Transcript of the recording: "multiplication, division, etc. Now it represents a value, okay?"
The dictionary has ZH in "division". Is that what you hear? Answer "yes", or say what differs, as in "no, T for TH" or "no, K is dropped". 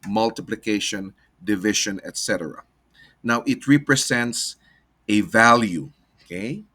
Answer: no, SH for ZH